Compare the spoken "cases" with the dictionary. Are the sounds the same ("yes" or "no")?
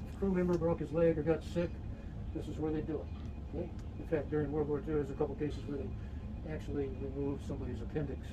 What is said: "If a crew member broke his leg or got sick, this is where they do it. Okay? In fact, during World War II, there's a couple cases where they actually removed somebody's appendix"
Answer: yes